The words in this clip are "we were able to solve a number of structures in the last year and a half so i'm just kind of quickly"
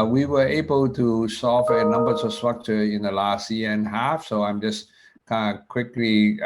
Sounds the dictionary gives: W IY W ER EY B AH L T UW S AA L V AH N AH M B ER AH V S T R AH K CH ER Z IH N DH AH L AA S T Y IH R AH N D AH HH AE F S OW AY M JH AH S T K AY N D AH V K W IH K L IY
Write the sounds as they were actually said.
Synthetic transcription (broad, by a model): W IY W ER EY B AH L T UW S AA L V AH N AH M B ER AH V S T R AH K CH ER IH N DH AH L AA S T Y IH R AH N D HH AE F S OW AY M JH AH S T K AY N D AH K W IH K L IY